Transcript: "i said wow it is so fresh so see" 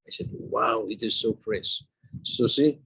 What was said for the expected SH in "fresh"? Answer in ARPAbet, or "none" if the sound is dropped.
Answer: S